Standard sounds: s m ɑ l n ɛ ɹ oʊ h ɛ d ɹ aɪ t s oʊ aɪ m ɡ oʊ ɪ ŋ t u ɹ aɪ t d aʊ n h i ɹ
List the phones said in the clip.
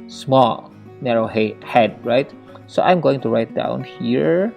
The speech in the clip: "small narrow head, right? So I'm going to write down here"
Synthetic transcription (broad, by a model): s m ɑ l n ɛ ɹ oʊ h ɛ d ɹ aɪ t s oʊ aɪ m ɡ oʊ ɪ ŋ t u ɹ aɪ t d aʊ n h i ɹ